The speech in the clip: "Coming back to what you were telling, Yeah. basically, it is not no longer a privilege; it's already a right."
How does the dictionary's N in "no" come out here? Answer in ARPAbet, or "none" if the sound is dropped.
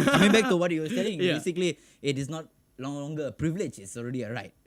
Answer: L